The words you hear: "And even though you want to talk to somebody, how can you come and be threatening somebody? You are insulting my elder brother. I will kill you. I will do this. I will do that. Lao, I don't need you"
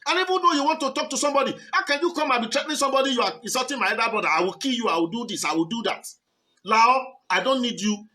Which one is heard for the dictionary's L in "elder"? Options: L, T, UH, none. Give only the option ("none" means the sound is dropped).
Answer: none